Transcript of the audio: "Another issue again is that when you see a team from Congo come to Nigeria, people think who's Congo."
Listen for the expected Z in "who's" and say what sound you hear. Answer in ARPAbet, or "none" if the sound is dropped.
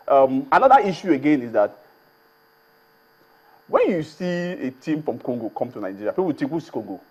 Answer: S